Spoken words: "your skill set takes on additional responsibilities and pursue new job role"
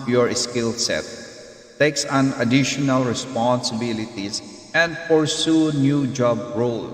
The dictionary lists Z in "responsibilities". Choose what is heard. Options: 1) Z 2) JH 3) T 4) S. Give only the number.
4